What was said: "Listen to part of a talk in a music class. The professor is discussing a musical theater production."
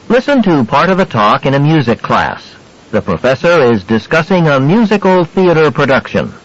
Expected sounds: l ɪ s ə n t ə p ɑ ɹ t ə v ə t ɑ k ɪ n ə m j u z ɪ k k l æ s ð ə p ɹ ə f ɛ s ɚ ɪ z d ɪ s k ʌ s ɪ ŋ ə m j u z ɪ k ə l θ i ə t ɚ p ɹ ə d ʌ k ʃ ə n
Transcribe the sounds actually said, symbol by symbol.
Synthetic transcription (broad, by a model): l ɪ s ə n t ə p ɑ ɹ t ə v ə t ɑ k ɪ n ə m j u z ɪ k k l æ s ð ə p ɹ ə f ɛ s ɚ ɪ z d ɪ s k ʌ s ɪ ŋ ə m j u z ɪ k l θ i ə t ɚ p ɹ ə d ʌ k ʃ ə n